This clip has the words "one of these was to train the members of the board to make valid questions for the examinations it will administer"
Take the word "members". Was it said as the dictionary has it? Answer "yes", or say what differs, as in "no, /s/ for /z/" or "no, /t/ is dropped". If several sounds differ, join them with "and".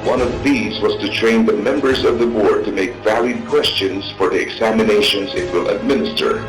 yes